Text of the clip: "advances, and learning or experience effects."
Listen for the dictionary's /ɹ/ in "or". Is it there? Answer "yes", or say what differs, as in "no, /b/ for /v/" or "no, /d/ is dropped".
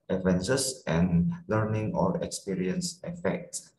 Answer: no, /l/ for /ɹ/